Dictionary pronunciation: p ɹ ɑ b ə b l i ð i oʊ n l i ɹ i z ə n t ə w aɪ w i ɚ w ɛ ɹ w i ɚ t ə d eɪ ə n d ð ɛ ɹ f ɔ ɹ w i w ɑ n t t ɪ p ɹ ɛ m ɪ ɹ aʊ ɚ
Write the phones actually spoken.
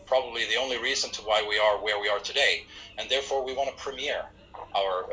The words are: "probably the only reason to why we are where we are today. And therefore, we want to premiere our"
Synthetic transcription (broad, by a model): p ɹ ɑ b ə b l i ð i oʊ n l i ɹ i z ə n t ə w aɪ w i ɚ w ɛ ɹ w i ɚ t ə d eɪ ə n ð ɛ ɹ f ɔ ɹ w i w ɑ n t t ɪ p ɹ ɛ m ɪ ɹ aʊ ɚ